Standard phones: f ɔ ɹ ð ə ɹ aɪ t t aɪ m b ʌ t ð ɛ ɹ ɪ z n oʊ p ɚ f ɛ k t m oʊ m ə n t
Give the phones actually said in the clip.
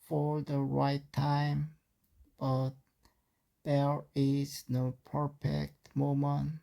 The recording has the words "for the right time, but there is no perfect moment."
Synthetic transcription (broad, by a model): f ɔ ɹ ð ə ɹ aɪ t t aɪ m b ʌ t ð ɛ ɹ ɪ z n oʊ p ɚ f ɛ k t m oʊ m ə n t